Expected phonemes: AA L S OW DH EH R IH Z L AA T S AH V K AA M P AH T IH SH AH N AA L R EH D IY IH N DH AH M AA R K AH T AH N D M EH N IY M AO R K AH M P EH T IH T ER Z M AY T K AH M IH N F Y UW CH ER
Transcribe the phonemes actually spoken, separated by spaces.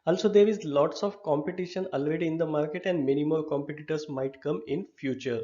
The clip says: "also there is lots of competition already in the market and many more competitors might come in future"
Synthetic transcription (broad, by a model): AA L S OW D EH R IH Z L AA T S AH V K AA M P AH T IH SH AH N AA L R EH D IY IH N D AH M AA R K AH T AH N D M EH N IY M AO L K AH M P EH T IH T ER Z M AY T K AH M IH N F Y UW CH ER